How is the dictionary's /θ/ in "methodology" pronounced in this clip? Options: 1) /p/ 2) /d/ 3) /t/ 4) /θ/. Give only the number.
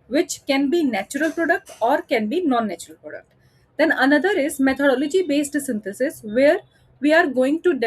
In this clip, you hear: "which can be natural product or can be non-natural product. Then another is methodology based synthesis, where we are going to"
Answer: 3